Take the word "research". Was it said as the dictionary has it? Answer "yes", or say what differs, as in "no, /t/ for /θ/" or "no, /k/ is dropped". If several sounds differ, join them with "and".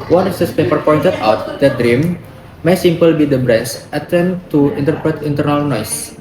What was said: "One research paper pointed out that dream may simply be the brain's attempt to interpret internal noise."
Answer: no, /s/ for /tʃ/